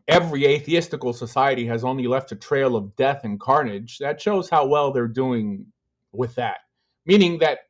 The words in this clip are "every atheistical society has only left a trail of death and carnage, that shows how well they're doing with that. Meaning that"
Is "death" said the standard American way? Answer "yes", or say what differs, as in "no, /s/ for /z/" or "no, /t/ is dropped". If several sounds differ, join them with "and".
yes